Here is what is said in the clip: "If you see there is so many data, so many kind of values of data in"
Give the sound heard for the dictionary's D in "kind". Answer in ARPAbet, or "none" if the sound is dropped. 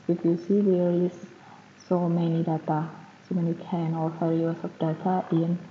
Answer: none